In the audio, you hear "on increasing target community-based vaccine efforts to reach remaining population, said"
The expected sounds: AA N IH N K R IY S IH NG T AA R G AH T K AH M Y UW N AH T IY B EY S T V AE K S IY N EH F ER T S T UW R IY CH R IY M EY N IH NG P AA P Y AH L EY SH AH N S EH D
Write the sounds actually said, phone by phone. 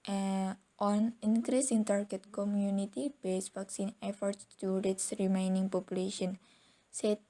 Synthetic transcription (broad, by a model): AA N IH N K R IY S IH NG T AA R G AH T K AH M Y UW N AH T IY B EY S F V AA K S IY N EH F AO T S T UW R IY S R IY M EY N IH NG P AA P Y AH L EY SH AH N S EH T